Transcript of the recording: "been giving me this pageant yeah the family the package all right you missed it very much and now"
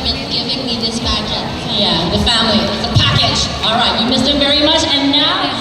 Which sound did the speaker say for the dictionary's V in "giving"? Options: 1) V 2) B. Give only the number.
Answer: 1